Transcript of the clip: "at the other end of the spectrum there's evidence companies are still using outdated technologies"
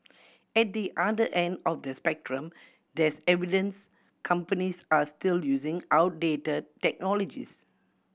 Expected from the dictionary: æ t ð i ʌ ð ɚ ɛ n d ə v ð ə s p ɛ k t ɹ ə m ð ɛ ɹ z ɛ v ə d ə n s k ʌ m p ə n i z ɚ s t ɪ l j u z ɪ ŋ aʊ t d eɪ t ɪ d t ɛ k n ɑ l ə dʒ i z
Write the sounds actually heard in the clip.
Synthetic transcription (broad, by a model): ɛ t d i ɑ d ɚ ɛ n d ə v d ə s p ɛ k t ɹ ə m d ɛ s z ɛ v ə d ə n s k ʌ m p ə n i s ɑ s t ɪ l j u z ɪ ŋ aʊ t d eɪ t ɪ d t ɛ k n ɑ l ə dʒ i s